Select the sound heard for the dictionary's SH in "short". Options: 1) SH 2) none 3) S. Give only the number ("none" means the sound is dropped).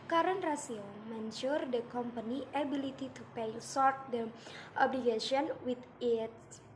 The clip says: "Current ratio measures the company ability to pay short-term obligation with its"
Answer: 3